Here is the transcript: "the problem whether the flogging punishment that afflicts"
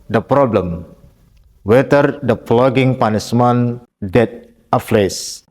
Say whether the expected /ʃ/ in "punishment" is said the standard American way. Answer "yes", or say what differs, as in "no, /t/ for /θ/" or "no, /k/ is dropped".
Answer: no, /s/ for /ʃ/